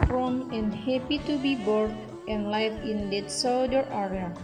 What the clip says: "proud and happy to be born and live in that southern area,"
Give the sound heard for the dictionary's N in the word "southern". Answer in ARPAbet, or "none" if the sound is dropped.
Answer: none